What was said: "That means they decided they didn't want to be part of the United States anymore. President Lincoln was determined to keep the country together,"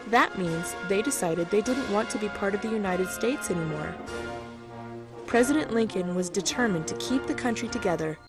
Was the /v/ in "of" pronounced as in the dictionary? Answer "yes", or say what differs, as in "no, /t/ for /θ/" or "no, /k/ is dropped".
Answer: yes